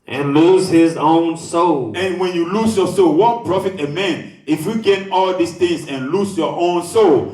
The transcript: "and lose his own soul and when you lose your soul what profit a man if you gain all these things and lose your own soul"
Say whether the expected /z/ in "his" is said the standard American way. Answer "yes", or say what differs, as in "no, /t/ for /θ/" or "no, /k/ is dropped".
yes